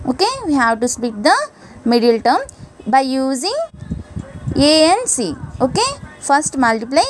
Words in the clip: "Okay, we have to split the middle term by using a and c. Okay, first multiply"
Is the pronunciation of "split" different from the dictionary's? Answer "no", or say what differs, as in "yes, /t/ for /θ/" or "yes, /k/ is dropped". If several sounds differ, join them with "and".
yes, /l/ is dropped